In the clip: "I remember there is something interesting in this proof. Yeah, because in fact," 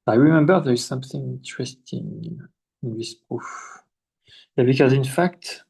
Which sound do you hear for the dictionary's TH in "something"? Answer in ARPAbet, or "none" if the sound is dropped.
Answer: TH